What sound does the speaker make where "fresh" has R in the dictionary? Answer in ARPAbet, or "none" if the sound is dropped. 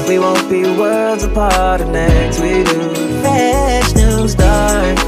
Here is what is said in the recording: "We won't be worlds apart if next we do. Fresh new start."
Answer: none